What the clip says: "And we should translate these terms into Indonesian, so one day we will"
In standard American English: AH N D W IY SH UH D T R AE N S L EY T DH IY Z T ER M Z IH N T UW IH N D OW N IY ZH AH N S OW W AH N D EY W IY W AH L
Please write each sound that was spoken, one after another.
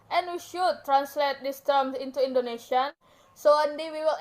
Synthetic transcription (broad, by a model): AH N W IY SH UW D T R AE N S L EY T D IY S T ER M S IH N T UW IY N D OW N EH SH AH N S OW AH N D EY W IY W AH L